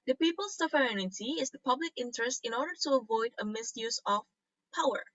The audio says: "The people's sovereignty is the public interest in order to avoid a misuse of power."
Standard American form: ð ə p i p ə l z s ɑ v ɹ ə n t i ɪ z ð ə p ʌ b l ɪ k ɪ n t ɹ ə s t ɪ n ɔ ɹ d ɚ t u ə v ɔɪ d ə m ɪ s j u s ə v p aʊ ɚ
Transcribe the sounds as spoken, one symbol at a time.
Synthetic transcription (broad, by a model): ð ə p i p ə l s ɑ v ɹ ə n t i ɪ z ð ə p ʌ b l ɪ k ɪ n t ɹ ə s t ɪ n ɔ ɹ d ɚ t u ə v ɔɪ d ə m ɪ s j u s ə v p aʊ ɚ